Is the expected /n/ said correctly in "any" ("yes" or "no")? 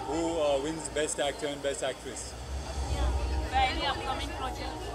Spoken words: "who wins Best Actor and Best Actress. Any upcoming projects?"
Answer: no